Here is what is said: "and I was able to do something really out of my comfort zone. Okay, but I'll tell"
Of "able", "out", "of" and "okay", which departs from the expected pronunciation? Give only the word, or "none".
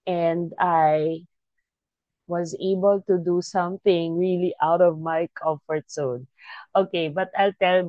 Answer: none